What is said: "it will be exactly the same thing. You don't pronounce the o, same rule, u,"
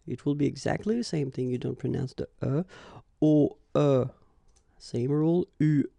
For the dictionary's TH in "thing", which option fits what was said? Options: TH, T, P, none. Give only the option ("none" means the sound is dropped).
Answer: TH